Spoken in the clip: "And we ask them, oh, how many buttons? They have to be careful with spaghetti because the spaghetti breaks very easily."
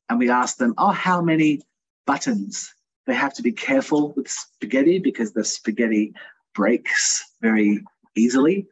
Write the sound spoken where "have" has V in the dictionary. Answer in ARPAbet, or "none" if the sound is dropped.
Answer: F